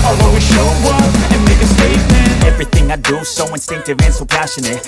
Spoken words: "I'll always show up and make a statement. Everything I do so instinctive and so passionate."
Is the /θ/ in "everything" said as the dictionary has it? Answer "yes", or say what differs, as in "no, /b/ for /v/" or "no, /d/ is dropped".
yes